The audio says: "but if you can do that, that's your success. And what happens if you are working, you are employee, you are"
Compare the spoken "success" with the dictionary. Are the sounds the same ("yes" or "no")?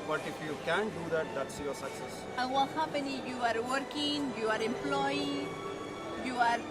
yes